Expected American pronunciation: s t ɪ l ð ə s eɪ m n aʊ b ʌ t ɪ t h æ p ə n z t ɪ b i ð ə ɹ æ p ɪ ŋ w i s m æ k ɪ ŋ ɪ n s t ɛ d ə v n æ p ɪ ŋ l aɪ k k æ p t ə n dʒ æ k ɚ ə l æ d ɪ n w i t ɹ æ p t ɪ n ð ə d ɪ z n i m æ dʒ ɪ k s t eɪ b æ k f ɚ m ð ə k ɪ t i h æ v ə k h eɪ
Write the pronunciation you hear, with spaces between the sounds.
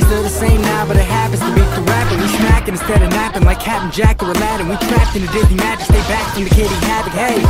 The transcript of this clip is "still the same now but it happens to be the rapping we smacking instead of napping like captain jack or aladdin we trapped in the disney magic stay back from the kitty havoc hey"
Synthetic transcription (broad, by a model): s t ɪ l ð ə s eɪ m n aʊ b ʌ t ɪ t h æ p ə n z t ɪ b i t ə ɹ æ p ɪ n w i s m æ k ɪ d ɪ n s t ɛ d ə v n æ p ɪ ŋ l aɪ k k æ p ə n dʒ æ k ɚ ə l æ d ɪ n w i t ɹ æ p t ɪ n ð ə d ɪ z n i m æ dʒ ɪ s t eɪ b æ k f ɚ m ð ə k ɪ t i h æ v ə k h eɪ